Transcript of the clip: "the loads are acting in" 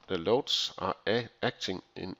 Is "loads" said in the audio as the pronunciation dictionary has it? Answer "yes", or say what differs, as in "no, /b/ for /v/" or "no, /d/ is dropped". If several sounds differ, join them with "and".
no, /s/ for /z/